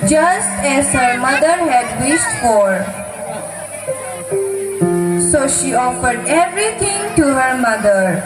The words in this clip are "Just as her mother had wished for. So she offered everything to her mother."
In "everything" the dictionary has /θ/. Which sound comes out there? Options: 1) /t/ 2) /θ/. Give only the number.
1